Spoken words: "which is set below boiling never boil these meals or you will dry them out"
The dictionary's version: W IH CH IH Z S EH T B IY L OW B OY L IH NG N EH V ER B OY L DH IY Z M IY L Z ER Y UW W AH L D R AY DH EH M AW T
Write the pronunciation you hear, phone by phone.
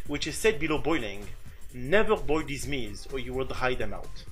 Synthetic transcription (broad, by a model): W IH CH IH Z S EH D B IY L OW B OY L IH NG N EH V ER B OY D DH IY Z M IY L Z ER Y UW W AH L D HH AY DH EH M AW T